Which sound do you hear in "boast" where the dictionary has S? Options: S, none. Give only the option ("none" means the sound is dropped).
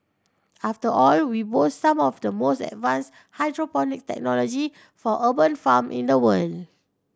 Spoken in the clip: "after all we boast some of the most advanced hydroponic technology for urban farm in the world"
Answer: none